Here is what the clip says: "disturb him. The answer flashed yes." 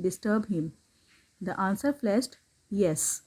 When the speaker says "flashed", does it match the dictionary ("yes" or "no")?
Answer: no